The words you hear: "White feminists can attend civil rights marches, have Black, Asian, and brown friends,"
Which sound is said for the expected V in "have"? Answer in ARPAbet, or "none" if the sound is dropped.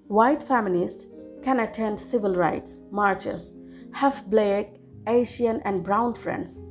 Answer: F